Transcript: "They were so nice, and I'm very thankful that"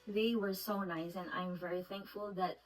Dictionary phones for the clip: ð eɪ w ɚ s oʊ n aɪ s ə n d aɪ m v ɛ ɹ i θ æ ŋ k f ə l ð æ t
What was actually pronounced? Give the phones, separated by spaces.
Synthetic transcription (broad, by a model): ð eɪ w ɚ s oʊ n aɪ s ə n aɪ m v ɛ ɹ i θ æ ŋ k f ə l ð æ t